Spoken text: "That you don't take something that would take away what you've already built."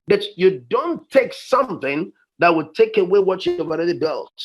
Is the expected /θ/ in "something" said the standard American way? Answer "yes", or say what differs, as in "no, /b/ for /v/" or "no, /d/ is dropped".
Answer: yes